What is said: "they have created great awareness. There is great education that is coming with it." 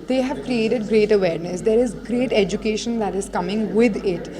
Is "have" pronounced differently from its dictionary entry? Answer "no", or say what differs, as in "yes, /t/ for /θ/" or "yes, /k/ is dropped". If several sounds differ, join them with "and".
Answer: no